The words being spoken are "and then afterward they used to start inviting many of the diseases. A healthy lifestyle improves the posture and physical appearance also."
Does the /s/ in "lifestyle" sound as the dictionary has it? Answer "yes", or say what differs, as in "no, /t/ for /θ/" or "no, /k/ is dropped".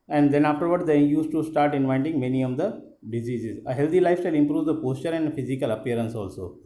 no, /s/ is dropped